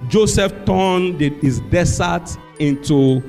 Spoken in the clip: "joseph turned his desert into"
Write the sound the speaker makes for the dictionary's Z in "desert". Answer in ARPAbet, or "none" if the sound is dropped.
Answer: S